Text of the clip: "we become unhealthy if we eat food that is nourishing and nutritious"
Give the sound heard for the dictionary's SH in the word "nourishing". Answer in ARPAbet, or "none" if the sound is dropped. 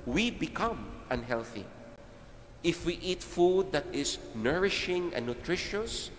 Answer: SH